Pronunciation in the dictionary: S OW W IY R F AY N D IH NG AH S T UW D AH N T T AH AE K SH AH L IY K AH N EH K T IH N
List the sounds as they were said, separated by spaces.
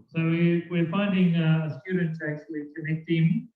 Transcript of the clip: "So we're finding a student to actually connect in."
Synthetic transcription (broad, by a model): S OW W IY W F AY N D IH NG AH S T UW D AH N T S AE K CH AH L IY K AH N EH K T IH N